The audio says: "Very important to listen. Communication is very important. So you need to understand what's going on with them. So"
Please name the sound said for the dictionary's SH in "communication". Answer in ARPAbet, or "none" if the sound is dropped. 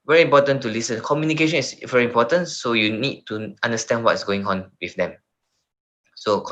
SH